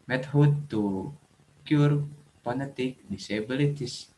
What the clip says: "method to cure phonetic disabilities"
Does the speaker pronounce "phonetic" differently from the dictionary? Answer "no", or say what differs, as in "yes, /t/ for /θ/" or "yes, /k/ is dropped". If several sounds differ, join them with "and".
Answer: yes, /p/ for /f/